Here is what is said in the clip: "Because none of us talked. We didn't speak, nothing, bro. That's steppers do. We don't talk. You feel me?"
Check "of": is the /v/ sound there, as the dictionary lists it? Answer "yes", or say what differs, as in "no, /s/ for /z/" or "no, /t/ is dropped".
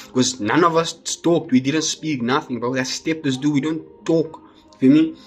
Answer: yes